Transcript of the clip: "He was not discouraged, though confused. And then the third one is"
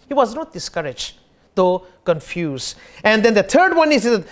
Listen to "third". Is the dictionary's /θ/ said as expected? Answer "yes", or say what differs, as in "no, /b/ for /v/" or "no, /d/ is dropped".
no, /t/ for /θ/